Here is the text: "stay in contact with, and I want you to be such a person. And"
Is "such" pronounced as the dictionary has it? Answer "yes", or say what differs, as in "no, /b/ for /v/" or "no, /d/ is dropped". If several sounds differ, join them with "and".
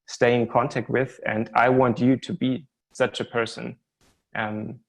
yes